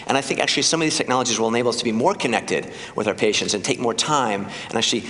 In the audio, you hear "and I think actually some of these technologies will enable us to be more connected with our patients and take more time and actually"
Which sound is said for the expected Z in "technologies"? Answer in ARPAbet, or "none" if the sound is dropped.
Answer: Z